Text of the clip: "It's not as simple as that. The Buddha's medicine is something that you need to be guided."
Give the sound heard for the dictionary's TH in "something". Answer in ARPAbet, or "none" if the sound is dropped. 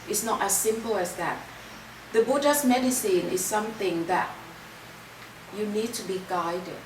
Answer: TH